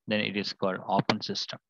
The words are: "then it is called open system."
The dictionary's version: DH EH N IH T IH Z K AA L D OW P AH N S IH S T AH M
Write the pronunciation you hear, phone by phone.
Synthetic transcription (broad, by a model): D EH N IH T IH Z K AA L D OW P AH N S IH S T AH M